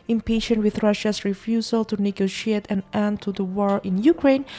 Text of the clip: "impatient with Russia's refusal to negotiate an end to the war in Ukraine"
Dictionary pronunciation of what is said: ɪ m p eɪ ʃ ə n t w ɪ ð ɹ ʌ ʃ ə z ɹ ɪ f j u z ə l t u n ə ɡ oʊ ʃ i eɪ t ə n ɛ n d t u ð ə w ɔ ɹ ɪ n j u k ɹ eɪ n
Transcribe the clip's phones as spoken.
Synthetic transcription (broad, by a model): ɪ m p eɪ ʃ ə n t w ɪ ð ɹ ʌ ʃ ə s ɹ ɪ f j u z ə l t u n ə ɡ oʊ ʃ i eɪ t ə n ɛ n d t u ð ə w ɔ ɹ ɪ n j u k ɹ eɪ n